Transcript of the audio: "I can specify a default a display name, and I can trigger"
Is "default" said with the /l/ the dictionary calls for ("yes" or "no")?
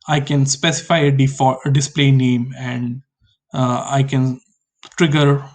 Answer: no